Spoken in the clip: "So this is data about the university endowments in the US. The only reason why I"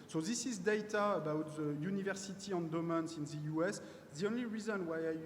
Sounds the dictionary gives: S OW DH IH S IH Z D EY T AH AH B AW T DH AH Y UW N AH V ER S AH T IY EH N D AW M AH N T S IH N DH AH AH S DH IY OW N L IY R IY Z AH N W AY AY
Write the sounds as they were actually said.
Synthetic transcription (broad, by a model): S OW DH IH S IH Z D EY T AH AH B AW T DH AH Y UW N AH V ER S AH T IY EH N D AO M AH N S IH N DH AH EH S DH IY OW N L IY R IY Z AH N W AY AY